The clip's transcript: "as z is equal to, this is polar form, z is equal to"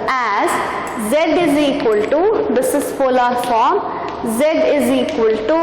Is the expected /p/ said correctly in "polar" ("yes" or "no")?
no